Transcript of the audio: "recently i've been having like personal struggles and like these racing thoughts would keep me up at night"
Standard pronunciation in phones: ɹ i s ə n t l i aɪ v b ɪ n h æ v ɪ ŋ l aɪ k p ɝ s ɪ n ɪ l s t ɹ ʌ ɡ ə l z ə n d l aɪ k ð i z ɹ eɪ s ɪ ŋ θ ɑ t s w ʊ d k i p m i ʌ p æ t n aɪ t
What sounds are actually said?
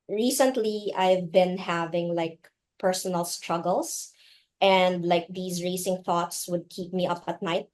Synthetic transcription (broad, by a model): ɹ i s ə n t l i aɪ v b ɪ n h æ v ɪ ŋ l aɪ k p ɝ s ɪ n ɪ l s t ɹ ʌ ɡ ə l s ə n d l aɪ k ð i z ɹ eɪ s ɪ ŋ θ ɑ t s w ʊ d k i p m i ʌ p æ t n aɪ t